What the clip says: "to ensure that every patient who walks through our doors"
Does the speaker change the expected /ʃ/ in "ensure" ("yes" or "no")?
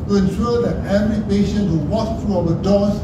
yes